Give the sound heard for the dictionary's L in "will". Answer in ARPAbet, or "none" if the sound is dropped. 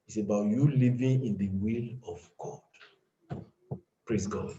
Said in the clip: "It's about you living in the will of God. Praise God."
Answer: L